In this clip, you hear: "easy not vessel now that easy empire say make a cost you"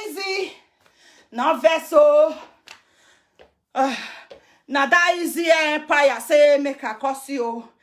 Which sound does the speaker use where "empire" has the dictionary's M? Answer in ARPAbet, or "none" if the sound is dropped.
none